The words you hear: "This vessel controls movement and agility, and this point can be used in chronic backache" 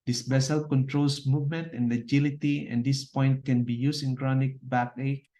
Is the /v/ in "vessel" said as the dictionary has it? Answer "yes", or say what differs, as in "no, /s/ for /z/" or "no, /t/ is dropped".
no, /b/ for /v/